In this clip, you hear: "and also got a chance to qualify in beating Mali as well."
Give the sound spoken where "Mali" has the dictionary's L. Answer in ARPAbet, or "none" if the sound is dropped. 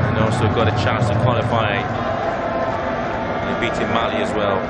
L